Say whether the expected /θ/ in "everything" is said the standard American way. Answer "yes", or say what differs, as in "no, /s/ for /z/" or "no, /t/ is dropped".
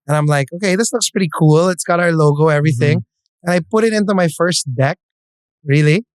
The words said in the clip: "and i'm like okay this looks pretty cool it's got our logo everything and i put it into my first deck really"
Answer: yes